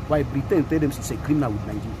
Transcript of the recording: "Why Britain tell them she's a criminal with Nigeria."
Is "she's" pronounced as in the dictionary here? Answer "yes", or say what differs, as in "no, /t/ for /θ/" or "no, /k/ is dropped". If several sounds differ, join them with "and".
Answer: no, /s/ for /ʃ/ and /s/ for /z/